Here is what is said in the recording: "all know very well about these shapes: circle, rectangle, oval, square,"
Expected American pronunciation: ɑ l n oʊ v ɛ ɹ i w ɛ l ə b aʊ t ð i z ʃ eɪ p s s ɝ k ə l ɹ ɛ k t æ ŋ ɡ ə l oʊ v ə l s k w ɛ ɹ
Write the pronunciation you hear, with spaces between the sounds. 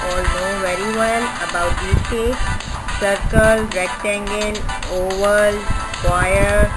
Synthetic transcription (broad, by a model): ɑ l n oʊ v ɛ ɹ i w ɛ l ə b aʊ t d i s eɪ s s ɝ k ə l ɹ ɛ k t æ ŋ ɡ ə n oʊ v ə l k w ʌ ɹ